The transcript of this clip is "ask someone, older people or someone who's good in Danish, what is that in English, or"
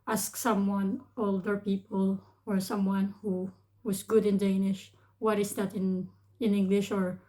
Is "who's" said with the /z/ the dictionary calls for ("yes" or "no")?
no